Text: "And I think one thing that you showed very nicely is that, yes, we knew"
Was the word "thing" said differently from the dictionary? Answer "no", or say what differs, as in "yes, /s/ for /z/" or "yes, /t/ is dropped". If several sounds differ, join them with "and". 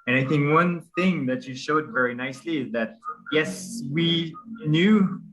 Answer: no